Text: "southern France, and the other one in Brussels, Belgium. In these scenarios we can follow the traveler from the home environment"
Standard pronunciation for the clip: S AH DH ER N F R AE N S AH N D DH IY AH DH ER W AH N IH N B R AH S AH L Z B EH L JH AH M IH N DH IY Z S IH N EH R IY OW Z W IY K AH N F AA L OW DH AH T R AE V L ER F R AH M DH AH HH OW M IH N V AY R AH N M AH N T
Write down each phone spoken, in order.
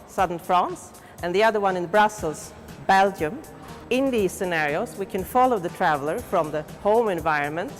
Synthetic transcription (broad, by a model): S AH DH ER N F R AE N S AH N DH IY AH DH ER W AH N IH N B R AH S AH L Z B EH L JH AH M IH N DH IY Z S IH N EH R IY OW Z W IY K AH N F AA L OW DH AH T R AE V L ER F R AH M DH AH HH OW M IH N V AY R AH N M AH N T